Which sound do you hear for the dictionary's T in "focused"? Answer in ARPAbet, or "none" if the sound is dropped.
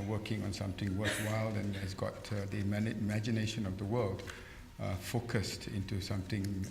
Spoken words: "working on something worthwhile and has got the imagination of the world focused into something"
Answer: T